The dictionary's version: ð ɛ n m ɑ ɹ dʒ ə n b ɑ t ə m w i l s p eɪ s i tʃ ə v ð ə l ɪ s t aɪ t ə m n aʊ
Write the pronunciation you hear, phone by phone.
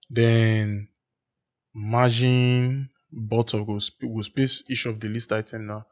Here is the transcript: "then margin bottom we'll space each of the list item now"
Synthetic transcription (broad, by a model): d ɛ n m ɑ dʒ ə n b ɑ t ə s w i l s p eɪ s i ʃ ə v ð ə l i s t aɪ t ə m n aʊ